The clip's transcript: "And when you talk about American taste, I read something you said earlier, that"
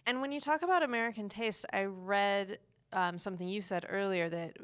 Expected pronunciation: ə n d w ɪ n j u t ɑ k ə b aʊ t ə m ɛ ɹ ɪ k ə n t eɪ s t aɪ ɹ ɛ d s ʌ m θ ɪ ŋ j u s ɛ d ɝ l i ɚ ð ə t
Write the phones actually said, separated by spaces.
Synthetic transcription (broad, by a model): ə n w ɪ n j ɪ t ɑ k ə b aʊ t ə m ɛ ɹ ɪ k ə n t eɪ s t aɪ ɹ ɛ d s ʌ m θ ɪ ŋ j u s ɛ d ɝ l i ɚ ð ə t